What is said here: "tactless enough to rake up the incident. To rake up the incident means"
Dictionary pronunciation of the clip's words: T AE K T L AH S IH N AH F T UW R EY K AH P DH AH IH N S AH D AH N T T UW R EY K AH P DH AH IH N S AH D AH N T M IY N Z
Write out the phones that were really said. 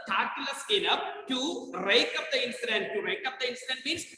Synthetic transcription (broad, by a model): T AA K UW L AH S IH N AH P T UW R EY K AH P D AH IH N S AH D AH N T T UW R EY K AH P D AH IH N S AH D AH N T M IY N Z